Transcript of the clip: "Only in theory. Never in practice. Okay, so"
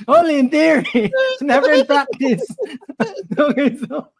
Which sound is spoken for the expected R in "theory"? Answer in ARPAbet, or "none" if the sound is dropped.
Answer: R